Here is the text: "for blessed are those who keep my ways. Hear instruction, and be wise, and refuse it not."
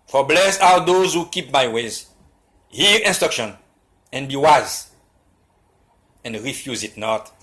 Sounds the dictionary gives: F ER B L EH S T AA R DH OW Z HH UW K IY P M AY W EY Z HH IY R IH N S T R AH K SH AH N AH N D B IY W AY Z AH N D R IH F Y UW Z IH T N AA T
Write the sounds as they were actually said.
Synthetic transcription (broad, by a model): F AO B L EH S AA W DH OW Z HH UW K IY P M AY W EY Z HH IY R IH N S T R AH K SH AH N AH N B IY W AY Z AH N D R IH F Y UW Z IH T N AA T